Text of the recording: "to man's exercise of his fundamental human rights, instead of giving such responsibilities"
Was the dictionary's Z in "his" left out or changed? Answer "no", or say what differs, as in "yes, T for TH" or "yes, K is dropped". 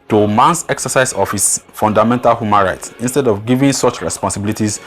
yes, S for Z